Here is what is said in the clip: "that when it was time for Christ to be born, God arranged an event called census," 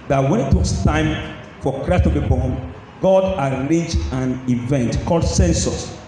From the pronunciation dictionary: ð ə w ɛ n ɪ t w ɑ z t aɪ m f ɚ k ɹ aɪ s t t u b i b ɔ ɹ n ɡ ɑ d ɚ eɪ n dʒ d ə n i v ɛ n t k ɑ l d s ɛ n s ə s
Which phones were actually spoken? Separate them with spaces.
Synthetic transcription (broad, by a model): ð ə w ɛ n ɪ t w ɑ s t aɪ m f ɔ k ɹ aɪ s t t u b i b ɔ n ɡ ɑ d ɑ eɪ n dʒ ə n i v ɛ n t k ɑ l d s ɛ n s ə s